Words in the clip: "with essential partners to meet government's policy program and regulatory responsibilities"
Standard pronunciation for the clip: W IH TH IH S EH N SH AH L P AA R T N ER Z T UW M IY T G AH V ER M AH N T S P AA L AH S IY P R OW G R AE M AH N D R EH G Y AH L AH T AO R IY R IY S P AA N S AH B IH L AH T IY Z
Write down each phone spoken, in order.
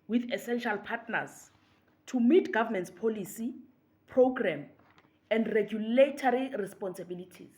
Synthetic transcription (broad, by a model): W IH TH IH S EH N SH AH L P AA T N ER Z T UW M IY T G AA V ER M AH N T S P AA L AH S IY P R OW G R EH M AH N D R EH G Y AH L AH T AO R IY R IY S P AA N S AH B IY L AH T IY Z